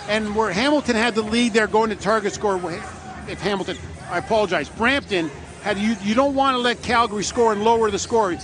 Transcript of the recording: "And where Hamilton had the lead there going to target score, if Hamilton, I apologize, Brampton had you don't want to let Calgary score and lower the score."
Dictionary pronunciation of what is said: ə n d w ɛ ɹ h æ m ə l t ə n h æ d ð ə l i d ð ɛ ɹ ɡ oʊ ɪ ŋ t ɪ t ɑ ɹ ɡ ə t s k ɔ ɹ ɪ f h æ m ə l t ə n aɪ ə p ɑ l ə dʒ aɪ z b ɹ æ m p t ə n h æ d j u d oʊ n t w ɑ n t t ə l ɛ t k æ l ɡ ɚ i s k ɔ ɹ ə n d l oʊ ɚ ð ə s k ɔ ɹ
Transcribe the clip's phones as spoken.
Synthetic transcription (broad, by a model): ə n w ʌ ɹ h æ m l t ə n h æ d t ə l i d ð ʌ ɹ ɡ oʊ ɪ ŋ t ɪ t ɑ ɹ ɡ ə t s k ɔ ɹ ɪ f h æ m l t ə n aɪ ə p ɑ l ə dʒ aɪ z b ɹ æ m p t ə n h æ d j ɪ d oʊ n t w ɑ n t t ə l ɛ t k æ l ɡ ɚ i s k ɔ ɹ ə n l oʊ ɚ ð ə s k ɔ ɹ